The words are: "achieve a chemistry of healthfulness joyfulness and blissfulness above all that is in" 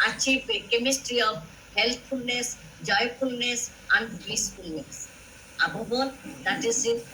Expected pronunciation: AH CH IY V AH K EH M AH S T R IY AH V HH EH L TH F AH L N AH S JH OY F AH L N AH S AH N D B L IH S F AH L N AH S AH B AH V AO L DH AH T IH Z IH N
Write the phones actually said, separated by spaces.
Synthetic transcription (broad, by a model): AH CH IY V K EH M AH S T R IY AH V HH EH L T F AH L N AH S JH OY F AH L N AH S AH N D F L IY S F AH L N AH S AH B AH B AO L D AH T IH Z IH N